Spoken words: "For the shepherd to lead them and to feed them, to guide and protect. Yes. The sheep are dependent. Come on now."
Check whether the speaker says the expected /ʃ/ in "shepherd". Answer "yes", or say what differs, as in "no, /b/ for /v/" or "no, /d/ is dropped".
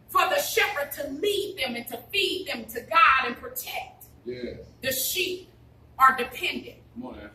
yes